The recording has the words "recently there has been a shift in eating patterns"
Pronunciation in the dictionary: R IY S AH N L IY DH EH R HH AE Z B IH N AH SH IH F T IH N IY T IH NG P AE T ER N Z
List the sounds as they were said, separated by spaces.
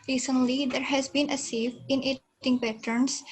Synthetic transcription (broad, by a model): R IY S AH N L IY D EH R HH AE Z B IH N AH S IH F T IH N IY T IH NG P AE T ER N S